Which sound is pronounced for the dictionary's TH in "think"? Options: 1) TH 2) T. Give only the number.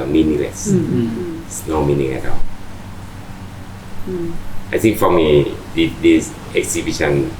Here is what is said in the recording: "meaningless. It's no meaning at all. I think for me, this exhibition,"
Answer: 2